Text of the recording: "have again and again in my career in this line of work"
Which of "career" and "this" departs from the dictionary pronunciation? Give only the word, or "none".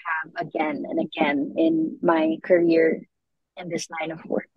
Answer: none